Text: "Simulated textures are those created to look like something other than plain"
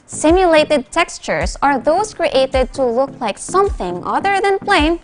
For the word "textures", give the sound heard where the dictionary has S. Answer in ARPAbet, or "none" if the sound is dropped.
S